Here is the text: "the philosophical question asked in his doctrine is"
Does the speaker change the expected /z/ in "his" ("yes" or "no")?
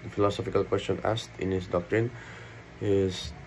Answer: yes